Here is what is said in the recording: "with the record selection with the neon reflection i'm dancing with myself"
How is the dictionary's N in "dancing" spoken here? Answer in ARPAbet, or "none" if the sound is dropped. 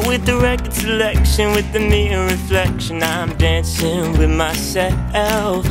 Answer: N